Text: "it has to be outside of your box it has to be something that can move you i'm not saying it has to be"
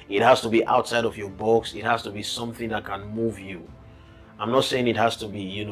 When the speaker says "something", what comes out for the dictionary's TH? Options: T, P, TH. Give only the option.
TH